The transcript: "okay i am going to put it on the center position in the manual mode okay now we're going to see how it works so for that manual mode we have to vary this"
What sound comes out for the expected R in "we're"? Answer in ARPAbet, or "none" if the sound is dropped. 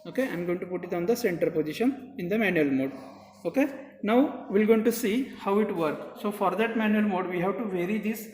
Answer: L